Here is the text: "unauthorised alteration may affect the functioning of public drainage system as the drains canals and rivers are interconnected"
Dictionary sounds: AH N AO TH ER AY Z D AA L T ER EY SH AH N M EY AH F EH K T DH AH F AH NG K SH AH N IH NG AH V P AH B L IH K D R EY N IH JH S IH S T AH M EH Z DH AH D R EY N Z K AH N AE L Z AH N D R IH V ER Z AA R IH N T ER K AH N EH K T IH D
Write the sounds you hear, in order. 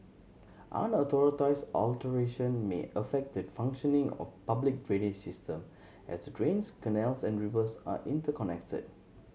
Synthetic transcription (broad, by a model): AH N AO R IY AY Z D AA L T ER EY SH AH N M EY AH F EH K T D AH F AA NG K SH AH N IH NG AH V P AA B L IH K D R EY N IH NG S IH S T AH M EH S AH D R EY N S K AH N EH L S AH N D R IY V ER S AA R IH N T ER K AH N EH K T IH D